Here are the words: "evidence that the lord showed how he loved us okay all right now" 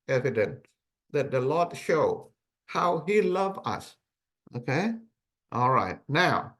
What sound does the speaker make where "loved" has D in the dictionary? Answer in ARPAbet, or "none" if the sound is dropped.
none